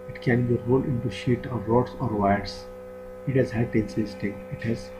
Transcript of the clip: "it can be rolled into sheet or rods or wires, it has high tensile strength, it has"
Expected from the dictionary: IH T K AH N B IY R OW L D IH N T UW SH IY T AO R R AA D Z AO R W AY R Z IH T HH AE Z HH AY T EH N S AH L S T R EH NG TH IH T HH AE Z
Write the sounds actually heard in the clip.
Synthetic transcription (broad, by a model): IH T K AH N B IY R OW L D IH N T UW SH IY T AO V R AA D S AO R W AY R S IH T HH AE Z HH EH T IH N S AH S T IH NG IH T HH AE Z